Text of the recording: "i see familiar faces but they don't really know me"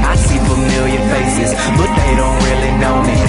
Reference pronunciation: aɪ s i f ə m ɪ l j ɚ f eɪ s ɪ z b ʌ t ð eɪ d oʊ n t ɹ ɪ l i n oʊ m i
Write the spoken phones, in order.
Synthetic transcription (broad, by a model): aɪ s i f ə m ɪ l j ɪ p eɪ s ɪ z b ʌ t ð eɪ d oʊ n t ɹ ɪ l i n oʊ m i